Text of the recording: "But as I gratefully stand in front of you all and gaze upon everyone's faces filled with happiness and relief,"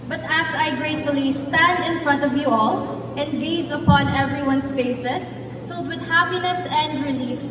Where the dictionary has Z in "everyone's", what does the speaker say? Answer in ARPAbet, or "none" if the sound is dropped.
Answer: S